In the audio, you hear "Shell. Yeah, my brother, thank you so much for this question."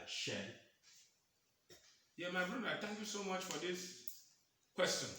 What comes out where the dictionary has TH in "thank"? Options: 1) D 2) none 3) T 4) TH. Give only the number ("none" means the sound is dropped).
3